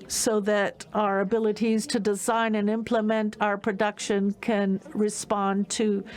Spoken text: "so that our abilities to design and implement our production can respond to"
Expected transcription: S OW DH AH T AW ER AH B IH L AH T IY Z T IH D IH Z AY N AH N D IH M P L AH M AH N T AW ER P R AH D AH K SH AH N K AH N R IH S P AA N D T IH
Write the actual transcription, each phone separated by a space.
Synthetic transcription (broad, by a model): S OW DH AH T AW ER AH B IH L AH T IY Z T IH D IH Z AY N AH N IH M P L AH M AH N T AW ER P R AH D AH K SH AH N K AH N R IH S P AA N T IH